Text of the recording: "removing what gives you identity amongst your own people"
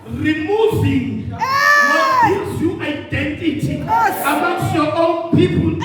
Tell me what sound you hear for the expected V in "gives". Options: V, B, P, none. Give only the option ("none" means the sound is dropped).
none